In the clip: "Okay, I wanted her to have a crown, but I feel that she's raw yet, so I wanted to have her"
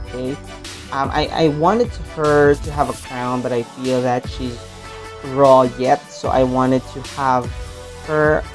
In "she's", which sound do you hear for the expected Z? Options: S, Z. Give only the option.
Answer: Z